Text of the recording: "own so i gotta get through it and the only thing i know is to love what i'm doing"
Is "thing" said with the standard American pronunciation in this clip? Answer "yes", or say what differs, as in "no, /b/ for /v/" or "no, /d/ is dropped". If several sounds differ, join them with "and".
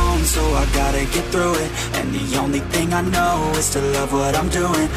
yes